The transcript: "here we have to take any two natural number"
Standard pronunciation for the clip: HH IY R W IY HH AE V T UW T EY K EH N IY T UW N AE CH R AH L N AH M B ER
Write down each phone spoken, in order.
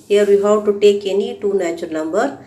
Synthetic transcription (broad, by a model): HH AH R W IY HH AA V T UW T EY K EH N IY T UW N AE CH AH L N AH M B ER